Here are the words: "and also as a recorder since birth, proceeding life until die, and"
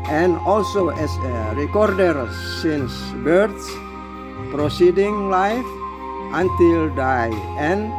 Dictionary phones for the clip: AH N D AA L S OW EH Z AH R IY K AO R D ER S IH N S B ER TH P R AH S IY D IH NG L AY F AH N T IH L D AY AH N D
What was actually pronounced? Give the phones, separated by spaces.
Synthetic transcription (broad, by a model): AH N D AA L S OW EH S AH R IY K AO R D ER S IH N S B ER S P R AH S IY D IH NG L AY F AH N T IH L D AY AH N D